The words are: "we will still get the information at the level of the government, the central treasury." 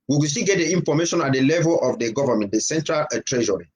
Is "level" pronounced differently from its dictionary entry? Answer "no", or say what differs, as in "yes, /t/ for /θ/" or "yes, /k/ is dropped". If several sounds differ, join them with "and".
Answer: no